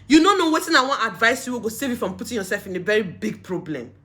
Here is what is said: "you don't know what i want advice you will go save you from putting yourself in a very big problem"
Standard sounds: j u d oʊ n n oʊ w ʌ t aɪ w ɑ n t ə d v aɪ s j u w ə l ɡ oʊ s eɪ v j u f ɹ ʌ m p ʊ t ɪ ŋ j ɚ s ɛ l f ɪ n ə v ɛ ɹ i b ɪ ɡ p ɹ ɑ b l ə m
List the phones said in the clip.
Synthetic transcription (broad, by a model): j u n oʊ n n oʊ w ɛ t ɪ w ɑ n ə d v aɪ s j u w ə ɡ oʊ s eɪ v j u f ɹ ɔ m p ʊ t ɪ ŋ j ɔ s ɛ l f ɪ n ə v ɛ ɹ i b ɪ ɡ p ɹ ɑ b l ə m